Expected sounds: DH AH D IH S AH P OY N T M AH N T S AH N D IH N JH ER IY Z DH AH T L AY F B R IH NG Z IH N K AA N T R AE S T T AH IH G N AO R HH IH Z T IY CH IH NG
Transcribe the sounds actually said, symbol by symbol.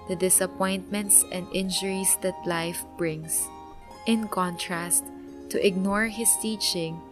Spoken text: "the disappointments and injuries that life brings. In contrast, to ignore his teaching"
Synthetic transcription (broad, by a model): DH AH D IH S AH P OY N T M AH N T S AH N D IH N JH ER IY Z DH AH T L AY F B R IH NG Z IH N K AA N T R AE S T T IH G N AO R HH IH S T IY CH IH NG